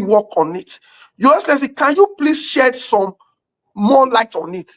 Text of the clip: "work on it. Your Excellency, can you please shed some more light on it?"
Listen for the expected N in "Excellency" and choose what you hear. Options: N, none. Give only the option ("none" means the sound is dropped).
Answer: none